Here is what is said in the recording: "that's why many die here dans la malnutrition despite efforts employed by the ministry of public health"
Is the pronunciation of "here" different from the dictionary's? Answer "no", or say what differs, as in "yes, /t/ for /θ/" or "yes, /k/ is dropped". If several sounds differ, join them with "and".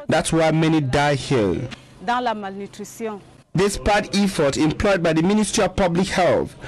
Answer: yes, /l/ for /ɹ/